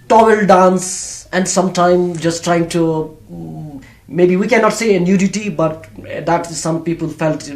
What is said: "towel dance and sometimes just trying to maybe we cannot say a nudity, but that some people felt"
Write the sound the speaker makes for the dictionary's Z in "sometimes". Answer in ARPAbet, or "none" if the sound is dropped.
none